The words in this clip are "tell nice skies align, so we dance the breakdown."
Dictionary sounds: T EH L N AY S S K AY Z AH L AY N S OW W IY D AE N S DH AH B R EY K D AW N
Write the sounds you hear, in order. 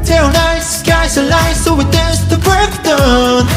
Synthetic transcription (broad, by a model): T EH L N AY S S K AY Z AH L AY S OW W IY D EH S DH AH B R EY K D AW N